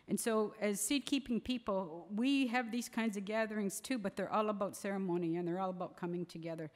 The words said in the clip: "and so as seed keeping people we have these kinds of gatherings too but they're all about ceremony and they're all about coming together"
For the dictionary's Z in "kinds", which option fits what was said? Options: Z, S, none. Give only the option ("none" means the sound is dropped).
Z